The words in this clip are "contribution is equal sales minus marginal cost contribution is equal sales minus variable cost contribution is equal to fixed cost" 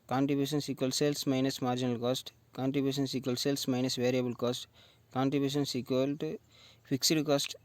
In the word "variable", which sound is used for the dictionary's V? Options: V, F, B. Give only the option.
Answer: V